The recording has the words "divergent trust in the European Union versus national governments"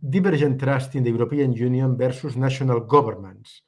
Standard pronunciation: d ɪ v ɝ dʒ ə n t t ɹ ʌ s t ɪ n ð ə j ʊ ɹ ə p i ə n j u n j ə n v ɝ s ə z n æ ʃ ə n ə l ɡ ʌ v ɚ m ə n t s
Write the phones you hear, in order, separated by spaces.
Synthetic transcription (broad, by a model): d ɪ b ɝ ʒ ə n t t ɹ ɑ s t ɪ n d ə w ɹ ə p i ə n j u n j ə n b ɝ s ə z n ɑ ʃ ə n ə l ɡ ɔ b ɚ m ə n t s